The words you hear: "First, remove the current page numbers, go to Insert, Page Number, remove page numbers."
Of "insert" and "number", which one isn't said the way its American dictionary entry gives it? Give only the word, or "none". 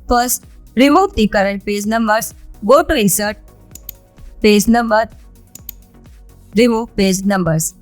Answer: insert